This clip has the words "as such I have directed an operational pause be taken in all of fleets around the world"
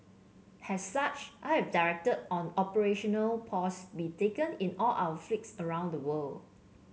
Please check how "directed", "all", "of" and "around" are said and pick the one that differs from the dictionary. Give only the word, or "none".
of